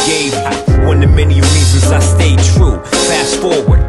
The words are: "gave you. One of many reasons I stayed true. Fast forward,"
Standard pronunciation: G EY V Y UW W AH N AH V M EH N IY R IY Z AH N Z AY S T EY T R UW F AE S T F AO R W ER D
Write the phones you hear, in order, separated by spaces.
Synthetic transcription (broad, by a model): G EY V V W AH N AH M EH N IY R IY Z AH Z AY S T EY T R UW P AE S F AO R W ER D